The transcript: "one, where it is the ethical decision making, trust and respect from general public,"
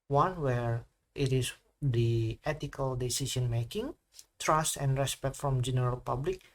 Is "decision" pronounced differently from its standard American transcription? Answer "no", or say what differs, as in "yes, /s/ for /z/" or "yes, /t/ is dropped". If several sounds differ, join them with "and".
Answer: yes, /s/ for /ʒ/